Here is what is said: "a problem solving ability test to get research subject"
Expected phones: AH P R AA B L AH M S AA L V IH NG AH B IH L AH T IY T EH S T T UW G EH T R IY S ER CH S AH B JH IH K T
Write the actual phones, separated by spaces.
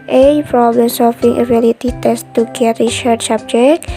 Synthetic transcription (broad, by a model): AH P R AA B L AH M S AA L F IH NG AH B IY L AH T IY T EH S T T UW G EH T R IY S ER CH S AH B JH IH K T